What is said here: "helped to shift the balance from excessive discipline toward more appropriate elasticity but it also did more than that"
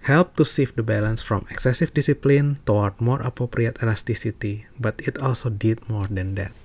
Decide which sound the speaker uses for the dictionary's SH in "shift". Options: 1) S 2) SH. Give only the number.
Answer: 1